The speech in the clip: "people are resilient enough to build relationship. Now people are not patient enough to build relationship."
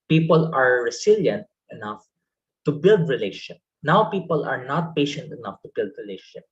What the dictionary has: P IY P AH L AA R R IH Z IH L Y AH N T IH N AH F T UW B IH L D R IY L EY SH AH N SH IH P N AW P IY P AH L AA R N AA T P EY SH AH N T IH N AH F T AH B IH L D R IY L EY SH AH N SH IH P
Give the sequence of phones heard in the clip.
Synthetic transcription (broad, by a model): P IY P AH L AA R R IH S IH L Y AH N T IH N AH F T UW B IH L D R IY L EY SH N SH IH P N AW P IY P AH L AA R N AA T P EY SH AH N T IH N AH F T AH B IH L D R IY L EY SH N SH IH P